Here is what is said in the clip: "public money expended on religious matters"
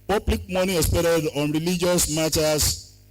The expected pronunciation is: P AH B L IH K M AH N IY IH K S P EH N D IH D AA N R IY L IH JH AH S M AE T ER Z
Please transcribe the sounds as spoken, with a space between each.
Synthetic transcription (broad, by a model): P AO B L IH K M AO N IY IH S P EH D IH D AA N R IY L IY JH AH S M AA T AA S